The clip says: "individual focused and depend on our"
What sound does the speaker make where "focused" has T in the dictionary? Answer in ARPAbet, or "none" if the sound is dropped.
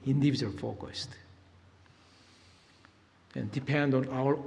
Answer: T